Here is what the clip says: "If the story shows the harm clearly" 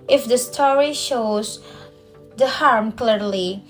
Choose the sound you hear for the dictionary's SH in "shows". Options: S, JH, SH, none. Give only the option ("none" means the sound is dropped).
SH